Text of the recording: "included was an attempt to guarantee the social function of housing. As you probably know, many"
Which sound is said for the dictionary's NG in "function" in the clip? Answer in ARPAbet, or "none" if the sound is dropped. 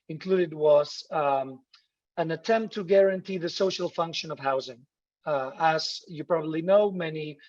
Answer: NG